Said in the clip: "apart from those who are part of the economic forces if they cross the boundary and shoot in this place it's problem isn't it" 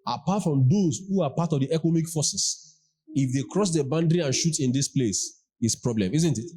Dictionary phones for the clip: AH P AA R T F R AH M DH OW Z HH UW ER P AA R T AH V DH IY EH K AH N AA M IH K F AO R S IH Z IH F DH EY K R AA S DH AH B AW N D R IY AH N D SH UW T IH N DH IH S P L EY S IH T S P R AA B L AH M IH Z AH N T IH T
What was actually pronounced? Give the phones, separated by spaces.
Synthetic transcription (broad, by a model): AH P AA T F R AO M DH OW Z HH UW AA P AA T AH V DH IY EH K AH N AA M IH K F AO S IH S IH F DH EY K R AA S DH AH B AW N D R IY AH N SH UW T IH N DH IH S P L EY S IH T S P R AA B L AH M IH Z AH N T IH T